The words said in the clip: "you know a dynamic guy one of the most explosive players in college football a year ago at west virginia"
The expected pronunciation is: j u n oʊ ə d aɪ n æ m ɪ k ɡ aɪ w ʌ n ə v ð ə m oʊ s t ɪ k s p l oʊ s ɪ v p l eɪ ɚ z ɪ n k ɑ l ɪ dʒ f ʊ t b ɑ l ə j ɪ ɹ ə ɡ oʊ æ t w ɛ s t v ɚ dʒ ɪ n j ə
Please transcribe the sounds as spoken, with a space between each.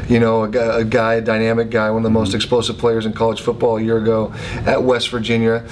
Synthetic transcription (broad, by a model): j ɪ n oʊ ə d aɪ n æ m ɪ k ɡ aɪ w ʌ n ə v ð ə m oʊ s t ɪ k s p l oʊ s ɪ v p l eɪ ɚ z ɪ n k ɑ l ɪ dʒ f ʊ t b ɑ l j ɪ ɹ ə ɡ oʊ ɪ t w ɛ s t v ɚ dʒ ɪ n j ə